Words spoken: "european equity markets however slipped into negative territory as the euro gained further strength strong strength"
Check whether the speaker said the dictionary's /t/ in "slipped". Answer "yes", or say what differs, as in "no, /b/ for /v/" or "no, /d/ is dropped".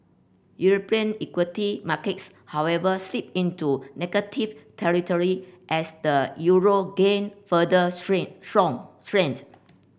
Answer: no, /t/ is dropped